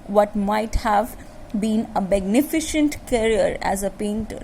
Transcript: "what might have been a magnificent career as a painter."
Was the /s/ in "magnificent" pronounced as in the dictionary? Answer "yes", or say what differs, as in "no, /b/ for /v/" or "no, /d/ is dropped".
no, /ʃ/ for /s/